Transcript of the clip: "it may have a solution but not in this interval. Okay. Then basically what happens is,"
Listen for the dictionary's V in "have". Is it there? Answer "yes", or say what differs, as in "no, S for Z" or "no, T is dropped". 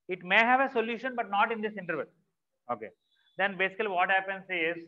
yes